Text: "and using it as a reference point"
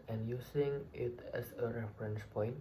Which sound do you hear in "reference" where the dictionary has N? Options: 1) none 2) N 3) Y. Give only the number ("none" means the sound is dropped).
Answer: 2